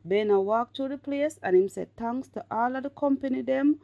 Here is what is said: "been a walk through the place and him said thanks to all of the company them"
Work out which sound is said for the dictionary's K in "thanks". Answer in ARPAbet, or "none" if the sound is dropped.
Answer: none